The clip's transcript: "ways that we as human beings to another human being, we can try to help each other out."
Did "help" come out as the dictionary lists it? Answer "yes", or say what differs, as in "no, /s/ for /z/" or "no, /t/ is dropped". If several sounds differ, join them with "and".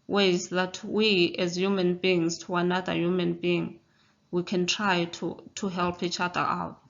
yes